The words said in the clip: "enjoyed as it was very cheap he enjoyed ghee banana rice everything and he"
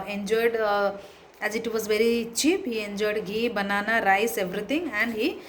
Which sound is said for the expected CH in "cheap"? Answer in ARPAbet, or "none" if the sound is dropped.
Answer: CH